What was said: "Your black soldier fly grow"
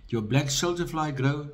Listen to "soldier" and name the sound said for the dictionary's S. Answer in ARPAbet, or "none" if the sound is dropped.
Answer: SH